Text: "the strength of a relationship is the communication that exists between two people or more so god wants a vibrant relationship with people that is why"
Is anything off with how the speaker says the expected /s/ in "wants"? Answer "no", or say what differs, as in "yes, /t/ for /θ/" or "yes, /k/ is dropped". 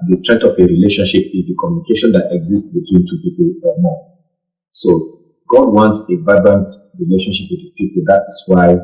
no